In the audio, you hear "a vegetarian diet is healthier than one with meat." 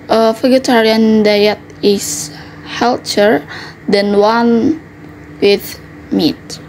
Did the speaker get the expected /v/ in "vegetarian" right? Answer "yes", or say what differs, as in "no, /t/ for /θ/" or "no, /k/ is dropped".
no, /f/ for /v/